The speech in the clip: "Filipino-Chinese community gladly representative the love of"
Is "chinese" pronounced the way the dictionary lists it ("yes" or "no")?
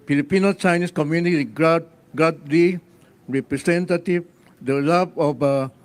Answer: no